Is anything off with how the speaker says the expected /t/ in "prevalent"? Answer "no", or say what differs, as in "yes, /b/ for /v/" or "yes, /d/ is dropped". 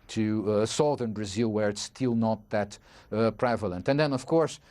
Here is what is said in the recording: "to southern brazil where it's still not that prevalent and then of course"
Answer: no